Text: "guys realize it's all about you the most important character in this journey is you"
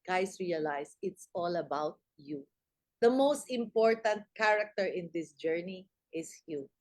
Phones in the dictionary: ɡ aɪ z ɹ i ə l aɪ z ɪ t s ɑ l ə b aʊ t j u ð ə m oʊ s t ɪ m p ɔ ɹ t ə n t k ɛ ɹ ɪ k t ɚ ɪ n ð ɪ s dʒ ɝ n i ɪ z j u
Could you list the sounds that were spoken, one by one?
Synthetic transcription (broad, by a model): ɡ aɪ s ɹ i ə l aɪ s ɪ t s ɑ l ə b aʊ t j u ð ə m oʊ s t ɪ m p ɔ ɹ t ə n t k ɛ ɹ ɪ k t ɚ ɪ n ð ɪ s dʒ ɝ n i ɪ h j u